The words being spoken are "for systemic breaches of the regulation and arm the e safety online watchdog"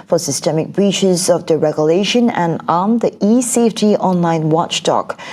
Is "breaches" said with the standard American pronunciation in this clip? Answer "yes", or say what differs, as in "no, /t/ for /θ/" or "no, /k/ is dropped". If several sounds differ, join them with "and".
yes